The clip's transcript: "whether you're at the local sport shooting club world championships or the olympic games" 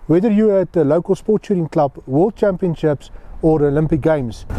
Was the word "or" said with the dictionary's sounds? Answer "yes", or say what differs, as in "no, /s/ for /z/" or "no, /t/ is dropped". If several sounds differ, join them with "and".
yes